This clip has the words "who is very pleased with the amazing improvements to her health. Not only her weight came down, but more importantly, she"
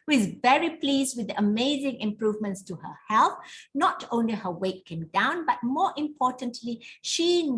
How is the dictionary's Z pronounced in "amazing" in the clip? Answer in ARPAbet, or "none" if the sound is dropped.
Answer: Z